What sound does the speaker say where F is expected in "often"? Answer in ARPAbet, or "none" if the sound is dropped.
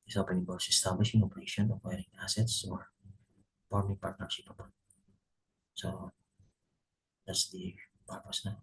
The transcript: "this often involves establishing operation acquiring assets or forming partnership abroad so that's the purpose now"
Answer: P